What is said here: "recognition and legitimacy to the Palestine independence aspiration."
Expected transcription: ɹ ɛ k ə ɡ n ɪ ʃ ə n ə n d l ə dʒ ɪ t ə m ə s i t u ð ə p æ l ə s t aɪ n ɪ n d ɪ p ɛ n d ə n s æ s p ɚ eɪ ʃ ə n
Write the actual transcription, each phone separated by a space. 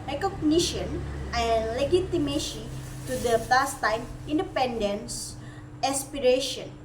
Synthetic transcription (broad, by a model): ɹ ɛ k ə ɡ n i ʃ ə n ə n l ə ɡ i t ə m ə ʃ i t u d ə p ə s t aɪ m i n d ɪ p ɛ n d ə n s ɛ s p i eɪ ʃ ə n